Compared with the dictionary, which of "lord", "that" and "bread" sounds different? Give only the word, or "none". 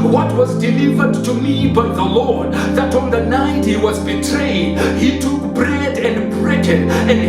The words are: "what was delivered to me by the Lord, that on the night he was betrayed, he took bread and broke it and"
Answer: none